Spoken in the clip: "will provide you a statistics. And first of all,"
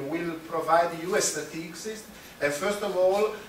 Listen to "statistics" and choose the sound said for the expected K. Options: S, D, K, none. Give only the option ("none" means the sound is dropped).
none